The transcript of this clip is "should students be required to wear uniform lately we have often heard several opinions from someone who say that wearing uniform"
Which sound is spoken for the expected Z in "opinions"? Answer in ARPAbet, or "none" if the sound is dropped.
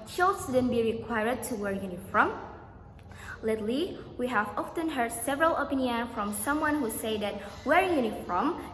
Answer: none